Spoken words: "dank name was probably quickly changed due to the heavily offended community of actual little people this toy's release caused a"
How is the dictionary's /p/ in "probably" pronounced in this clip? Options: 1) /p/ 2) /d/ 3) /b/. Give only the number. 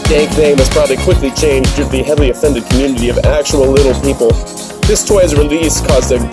1